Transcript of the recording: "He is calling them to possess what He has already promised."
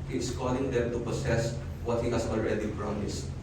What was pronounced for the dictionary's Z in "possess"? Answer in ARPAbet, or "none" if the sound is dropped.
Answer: S